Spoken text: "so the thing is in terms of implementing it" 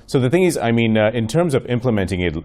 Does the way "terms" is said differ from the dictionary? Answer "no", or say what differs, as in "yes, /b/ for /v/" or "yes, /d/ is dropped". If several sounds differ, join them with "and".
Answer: no